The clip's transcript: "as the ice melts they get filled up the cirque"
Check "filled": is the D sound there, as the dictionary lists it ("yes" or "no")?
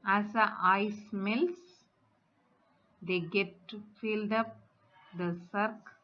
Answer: yes